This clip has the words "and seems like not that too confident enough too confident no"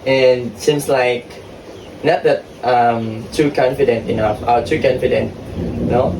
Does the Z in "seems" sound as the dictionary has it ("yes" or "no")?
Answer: no